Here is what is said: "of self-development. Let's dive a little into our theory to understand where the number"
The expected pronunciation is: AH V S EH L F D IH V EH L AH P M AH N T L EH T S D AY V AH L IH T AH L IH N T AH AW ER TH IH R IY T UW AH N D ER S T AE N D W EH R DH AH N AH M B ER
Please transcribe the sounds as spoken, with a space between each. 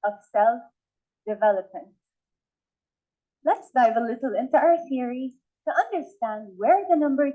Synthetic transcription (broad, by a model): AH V S EH L F D IH V EH L AH P M AH N T L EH T S D AY V AH L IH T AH L IH N T AH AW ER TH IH R IY T UW AH N D ER S T AE N D W EH R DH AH N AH M B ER